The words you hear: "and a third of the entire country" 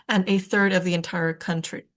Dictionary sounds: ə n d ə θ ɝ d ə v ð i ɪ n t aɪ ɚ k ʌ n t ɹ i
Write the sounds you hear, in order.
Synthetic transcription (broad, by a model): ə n ə θ ɝ d ə v ð i ɪ n t aɪ ɚ k ʌ n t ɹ i